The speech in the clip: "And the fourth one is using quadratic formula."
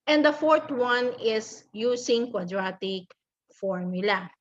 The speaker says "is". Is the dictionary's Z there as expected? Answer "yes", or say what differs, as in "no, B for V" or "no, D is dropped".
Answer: no, S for Z